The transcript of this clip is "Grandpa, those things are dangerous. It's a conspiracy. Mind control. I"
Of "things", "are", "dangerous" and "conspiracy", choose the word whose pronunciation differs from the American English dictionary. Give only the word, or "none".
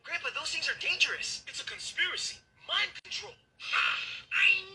none